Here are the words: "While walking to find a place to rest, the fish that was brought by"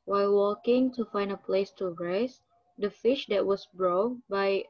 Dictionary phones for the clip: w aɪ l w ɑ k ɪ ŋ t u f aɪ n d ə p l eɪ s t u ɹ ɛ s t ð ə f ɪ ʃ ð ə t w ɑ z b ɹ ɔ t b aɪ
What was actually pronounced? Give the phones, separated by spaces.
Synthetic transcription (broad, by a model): w aɪ l w ɑ k ɪ ŋ t u f aɪ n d ə p l eɪ s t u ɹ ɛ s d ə f ɪ ʃ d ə t w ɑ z b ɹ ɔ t b aɪ